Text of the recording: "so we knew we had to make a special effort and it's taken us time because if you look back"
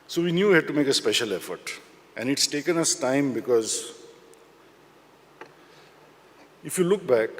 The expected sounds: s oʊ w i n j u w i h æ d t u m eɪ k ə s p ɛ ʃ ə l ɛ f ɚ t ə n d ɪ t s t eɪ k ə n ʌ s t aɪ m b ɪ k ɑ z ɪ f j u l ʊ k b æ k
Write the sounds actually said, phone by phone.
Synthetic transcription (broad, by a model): s oʊ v i n j u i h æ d t u m eɪ k ə s p ɛ ʃ ə l ɛ f ɚ t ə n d ɪ t s t eɪ k ə n ʌ s t aɪ m b ɪ k ɑ z ɪ f j u l ʊ k b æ k